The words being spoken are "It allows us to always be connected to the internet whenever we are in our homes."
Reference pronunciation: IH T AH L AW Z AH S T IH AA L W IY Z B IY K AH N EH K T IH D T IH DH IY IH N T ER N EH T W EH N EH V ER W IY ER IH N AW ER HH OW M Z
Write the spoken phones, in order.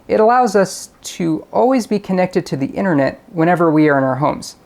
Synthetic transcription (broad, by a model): IH T AH L AW Z AH S T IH AA L W IY Z B IY K AH N EH K T IH D T IH DH IY IH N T ER N EH T W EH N EH V ER W IY ER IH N AW ER HH OW M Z